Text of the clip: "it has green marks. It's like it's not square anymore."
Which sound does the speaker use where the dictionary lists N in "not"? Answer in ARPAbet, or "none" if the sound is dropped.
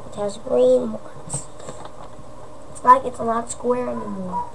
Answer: L